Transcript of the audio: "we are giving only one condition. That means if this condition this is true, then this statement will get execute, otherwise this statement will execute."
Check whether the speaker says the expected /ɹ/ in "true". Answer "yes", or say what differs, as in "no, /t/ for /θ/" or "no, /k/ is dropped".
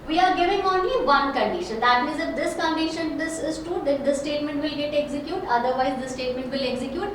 no, /ɹ/ is dropped